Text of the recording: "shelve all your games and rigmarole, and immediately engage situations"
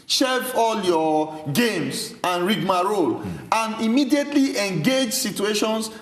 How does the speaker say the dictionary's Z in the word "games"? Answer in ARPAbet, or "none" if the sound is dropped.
S